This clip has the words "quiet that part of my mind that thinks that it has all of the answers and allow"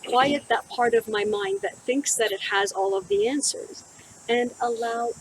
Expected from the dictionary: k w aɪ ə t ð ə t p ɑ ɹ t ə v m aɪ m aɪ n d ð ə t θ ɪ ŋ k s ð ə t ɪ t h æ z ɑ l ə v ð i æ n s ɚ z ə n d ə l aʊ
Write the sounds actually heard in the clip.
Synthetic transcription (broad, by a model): k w aɪ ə t ð ə t p ɑ ɹ t ə v m aɪ m aɪ n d ð ə t θ ɪ ŋ k s ð ə t ɪ t h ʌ z ɑ l ə v ð i æ n s ɚ z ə n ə l aʊ